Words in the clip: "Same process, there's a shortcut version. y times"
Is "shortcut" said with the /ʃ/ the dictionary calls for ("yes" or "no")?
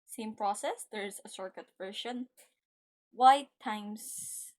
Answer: no